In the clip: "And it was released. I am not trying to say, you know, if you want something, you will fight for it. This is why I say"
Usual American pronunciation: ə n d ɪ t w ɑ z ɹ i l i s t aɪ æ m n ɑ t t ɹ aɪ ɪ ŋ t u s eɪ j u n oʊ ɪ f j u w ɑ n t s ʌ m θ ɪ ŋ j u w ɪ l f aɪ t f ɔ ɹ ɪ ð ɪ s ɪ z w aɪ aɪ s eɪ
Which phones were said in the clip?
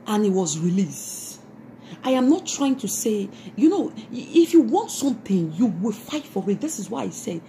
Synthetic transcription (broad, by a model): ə n ɪ t w ɑ z ɹ i l i s t aɪ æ m n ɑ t t ɹ aɪ ɪ ŋ t u s eɪ j u n oʊ ɪ f j u w ɑ n t s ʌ m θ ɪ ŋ j u w ɪ l f aɪ t f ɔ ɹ ɪ ð ɪ s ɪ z w aɪ aɪ s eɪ